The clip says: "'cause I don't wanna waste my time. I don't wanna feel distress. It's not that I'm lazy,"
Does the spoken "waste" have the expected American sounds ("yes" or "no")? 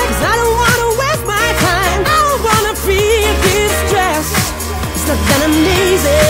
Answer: no